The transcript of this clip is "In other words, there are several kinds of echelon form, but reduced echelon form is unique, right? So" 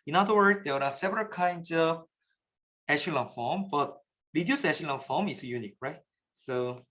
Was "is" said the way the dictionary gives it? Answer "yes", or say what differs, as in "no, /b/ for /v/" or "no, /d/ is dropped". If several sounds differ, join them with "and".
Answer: no, /s/ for /z/